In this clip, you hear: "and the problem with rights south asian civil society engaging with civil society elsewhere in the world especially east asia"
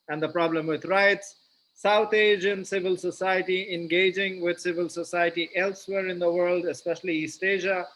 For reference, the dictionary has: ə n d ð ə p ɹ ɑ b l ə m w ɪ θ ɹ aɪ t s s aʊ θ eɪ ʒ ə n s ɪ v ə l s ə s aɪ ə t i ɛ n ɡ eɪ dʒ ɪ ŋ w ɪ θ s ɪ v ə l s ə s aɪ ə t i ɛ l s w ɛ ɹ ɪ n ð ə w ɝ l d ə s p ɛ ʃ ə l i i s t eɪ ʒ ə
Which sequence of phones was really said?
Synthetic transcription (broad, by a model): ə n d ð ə p ɹ ɑ b l ə m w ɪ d ɹ aɪ t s s aʊ t eɪ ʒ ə n s ɪ v ə l s ə s aɪ ə t i ɛ n ɡ eɪ dʒ ɪ ŋ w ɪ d s ɪ v ə l s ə s aɪ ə t i ɛ l s w ɛ ɹ ɪ n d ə w ɝ l d ə s p ɛ ʃ ə l i i s t eɪ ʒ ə